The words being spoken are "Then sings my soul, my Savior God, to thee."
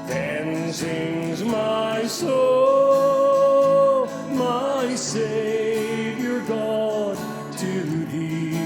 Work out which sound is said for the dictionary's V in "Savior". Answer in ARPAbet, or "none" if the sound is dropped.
V